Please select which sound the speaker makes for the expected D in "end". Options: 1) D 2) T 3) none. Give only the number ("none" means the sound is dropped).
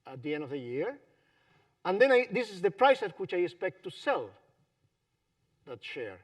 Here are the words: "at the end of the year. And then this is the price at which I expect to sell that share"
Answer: 1